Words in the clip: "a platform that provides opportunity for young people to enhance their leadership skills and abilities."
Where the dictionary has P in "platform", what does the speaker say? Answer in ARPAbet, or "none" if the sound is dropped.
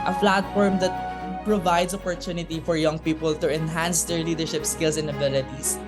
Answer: F